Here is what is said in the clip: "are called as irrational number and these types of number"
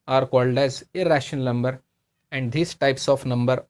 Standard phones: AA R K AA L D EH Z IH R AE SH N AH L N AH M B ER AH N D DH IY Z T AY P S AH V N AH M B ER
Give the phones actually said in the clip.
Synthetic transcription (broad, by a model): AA R K AA L D EH Z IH R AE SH AH N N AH M B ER AH N D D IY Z T AY P S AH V N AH M B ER